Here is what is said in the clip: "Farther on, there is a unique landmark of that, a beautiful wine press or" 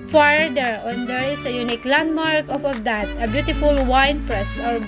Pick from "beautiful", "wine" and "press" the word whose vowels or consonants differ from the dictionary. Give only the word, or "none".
none